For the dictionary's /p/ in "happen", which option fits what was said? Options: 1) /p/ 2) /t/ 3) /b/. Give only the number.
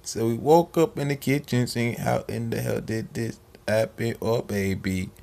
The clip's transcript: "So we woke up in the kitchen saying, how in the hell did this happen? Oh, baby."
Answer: 3